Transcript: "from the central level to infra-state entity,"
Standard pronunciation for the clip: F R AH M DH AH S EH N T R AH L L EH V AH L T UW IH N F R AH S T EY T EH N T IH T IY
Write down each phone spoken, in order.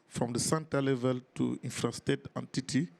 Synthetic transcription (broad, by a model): F R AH M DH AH S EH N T AH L L EH V AH L T UW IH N F R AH S T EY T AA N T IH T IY